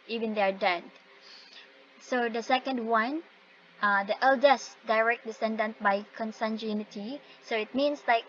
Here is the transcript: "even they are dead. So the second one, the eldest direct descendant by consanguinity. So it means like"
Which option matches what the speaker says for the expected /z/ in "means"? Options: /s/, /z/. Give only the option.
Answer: /s/